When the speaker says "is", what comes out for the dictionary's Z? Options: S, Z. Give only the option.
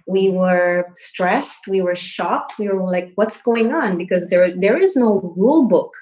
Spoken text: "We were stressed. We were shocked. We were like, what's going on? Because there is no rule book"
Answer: Z